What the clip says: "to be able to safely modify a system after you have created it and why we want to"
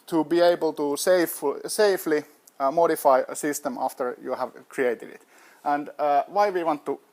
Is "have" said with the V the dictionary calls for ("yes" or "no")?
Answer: yes